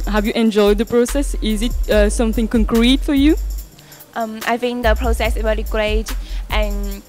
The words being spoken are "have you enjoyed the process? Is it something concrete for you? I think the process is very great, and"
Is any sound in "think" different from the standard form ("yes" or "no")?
yes